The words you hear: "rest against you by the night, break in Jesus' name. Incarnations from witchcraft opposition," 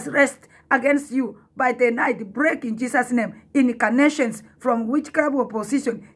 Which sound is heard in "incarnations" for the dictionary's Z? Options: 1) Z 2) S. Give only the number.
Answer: 2